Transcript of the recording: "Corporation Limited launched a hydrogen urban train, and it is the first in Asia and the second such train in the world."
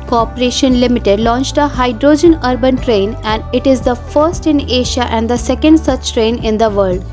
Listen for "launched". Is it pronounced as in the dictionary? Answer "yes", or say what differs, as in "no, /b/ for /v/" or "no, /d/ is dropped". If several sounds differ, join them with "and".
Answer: yes